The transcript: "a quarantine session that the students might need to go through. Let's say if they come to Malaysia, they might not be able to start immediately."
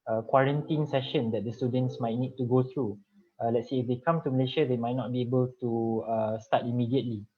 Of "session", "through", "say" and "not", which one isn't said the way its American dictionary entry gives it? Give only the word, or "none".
through